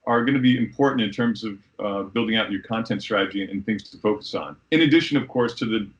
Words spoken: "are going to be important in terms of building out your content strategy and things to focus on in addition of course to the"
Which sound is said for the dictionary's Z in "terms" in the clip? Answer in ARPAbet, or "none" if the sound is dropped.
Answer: Z